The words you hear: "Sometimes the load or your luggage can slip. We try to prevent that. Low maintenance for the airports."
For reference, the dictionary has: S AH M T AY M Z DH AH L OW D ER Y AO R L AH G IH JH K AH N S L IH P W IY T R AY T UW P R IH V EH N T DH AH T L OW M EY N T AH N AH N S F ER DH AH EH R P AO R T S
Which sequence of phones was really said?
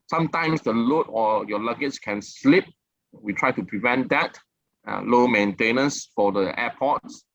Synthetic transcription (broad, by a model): S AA M T AY M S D AH L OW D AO Y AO L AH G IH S K AH N S L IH P W IY T R AY T UW P R IH V EH N T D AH T L OW M EY N T AH N AH N S F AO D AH EH P AO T S